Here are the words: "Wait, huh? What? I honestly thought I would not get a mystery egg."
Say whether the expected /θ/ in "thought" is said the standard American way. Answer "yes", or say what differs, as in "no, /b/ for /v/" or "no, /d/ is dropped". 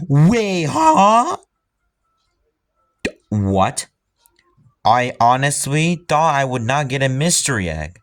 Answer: yes